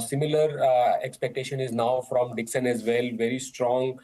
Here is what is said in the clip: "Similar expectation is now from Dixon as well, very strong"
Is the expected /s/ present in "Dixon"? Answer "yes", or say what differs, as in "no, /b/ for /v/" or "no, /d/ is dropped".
yes